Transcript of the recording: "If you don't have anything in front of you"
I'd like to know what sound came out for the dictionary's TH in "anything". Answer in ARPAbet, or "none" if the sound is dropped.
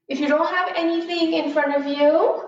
TH